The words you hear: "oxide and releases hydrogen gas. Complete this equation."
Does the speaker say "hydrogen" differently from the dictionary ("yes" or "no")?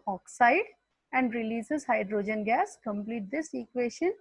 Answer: no